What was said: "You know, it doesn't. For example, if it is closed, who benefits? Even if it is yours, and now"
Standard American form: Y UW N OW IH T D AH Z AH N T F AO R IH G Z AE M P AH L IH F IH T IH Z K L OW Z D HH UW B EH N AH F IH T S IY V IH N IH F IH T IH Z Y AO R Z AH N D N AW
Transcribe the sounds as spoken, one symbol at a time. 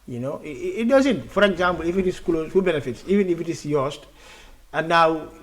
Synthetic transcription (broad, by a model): Y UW N OW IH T D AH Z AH N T F AO R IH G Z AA M P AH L IH F IH T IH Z K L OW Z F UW B EH N AH F IH T S IY V IH N IH F IH T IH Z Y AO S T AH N N AW